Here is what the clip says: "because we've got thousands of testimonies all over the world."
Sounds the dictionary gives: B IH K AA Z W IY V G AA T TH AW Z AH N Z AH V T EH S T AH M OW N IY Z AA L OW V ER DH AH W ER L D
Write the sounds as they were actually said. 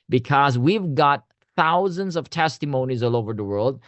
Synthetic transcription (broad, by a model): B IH K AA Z W IY V G AA T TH AW Z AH N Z AH V T EH S T AH M OW N IY Z AA L OW V ER DH AH W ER L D